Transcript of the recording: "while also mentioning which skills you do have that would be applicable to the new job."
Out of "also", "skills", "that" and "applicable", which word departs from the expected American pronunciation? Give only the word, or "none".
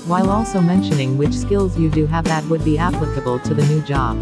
none